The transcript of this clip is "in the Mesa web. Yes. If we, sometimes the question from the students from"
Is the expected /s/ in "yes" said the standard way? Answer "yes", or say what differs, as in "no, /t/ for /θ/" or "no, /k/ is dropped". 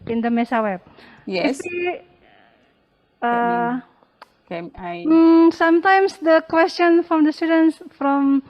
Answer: no, /s/ is dropped